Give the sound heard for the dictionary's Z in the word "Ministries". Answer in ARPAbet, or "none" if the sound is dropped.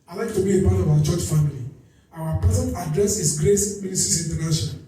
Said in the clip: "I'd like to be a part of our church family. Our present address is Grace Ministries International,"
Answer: S